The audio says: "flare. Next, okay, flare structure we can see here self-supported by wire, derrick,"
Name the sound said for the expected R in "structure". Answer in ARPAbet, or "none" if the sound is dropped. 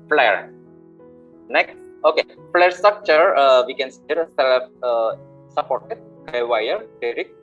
R